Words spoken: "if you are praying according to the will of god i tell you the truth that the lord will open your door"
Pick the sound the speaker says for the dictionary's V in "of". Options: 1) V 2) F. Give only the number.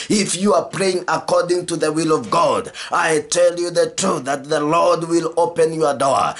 1